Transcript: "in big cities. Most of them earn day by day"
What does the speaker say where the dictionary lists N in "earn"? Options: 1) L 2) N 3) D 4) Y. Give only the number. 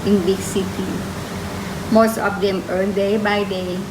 1